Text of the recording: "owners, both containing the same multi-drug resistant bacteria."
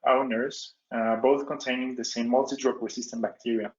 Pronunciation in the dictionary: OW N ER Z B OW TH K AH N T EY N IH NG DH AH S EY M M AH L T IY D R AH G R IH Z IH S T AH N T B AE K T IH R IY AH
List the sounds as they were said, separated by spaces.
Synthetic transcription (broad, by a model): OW N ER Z B OW TH K AH N T EY N IH NG DH AH S EY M M AH L T IY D R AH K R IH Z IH S T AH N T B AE K T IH R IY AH